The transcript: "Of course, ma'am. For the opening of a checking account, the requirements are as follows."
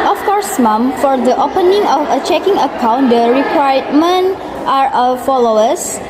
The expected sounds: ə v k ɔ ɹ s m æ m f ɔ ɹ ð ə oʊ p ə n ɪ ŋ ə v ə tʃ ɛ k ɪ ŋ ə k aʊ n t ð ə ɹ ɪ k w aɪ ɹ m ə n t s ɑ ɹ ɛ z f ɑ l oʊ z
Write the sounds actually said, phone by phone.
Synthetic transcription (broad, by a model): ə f k ɔ ɹ s m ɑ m f ɔ ɹ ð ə oʊ p ə n ɪ ŋ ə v ə tʃ ɛ k ɪ ŋ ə k aʊ n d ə ɹ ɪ k w aɪ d m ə n t ɑ ɹ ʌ f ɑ l oʊ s